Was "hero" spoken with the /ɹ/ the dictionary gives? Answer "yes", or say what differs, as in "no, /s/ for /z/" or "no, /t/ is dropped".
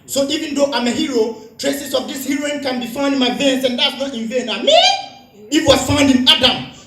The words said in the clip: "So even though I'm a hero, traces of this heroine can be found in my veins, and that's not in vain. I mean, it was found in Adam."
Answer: yes